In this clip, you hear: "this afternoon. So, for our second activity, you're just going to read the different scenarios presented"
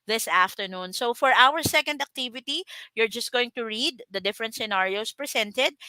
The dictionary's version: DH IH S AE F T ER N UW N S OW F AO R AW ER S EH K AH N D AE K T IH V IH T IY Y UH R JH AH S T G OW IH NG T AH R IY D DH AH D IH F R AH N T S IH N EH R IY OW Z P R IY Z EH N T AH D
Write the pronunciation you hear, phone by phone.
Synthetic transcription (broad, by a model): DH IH S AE F T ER N UW N S OW F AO R AW ER S EH K AH N D AE K T IH V IH T IY Y UH R JH AH S T G OW IH NG T AH R IY D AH D IH F R AH N T S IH N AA R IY OW S P R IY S EH N T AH D